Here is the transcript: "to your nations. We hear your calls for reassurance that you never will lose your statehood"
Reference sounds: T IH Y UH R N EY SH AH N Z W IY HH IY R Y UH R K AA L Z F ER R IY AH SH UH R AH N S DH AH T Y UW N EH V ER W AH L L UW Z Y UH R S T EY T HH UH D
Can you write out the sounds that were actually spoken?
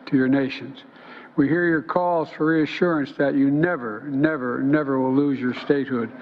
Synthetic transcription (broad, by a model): T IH Y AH R N EY SH AH N Z W IY HH IY R Y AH R K AA L Z F ER R IY AH SH UH R AH N S DH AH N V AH N EH V ER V AH W L UW Z Y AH R S T EY T HH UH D